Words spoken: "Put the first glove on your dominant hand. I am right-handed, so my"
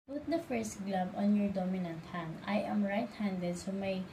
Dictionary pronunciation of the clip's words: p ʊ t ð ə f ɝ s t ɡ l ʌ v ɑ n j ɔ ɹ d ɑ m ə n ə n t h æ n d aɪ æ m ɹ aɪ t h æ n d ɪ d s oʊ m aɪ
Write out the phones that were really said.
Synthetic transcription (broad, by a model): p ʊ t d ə f ɝ s t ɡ l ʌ b ɑ n j ɔ ɹ d ɑ m ə n ə n t h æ n d aɪ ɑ m ɹ aɪ t h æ n d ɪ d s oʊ m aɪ